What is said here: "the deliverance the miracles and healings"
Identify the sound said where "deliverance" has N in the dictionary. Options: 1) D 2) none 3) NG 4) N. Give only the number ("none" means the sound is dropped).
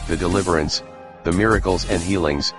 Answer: 4